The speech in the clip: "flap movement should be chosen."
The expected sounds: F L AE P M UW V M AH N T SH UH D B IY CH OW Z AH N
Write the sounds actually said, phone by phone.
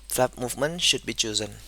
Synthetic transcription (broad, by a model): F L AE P M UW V M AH N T SH UH D B IY CH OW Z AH N